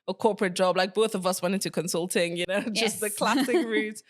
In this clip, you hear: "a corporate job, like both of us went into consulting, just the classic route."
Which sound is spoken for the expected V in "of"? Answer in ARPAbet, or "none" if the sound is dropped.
V